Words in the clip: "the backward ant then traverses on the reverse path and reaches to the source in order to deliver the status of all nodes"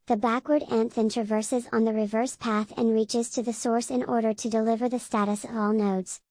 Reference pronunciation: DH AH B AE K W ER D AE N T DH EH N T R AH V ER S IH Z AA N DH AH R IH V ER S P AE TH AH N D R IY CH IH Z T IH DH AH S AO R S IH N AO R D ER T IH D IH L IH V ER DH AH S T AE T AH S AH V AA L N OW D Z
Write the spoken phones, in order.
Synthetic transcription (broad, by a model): DH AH B AE K W ER D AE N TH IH N T R AH V ER S IH Z N DH AH R IH V ER S P AE TH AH N R IY CH IH Z T IH DH AH S AO R S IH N AO R D ER T IH D IH L IH V ER DH AH S T AE T AH S AH V AA L N OW D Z